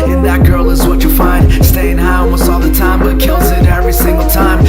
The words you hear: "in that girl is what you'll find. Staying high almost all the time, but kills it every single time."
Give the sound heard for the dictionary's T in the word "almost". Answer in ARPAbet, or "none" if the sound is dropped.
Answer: none